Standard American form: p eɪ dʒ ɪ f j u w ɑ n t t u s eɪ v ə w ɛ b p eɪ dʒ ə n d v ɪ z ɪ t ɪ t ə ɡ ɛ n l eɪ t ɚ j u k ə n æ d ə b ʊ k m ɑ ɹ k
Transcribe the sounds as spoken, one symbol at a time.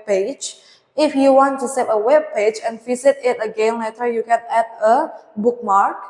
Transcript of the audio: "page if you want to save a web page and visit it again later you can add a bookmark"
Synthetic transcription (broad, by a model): p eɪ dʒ ɪ f j u w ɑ n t t u s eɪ p ə w ɛ b p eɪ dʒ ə n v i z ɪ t ɪ t ə ɡ ɛ n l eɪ t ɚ j u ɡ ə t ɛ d ə b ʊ k m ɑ ɹ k